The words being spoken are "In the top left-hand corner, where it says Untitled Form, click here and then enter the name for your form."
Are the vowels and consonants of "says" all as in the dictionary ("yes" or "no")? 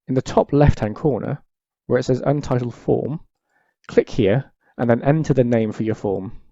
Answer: yes